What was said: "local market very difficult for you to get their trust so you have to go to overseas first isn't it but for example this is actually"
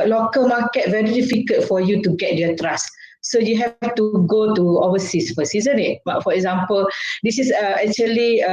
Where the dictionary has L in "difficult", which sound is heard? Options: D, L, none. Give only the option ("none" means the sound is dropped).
none